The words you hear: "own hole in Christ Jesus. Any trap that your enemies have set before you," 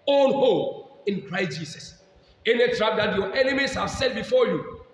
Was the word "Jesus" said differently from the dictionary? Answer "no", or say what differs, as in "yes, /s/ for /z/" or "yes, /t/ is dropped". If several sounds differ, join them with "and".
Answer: yes, /s/ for /z/